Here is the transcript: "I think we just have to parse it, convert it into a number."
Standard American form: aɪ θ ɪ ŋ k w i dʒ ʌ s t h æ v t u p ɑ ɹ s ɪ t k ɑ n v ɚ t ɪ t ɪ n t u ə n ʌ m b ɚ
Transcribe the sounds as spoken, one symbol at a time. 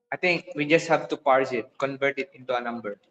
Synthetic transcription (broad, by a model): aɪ t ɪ ŋ k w i dʒ ʌ s t h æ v t u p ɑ ɹ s ɪ t k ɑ n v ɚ t ɪ t ɪ n t u ə n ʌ m b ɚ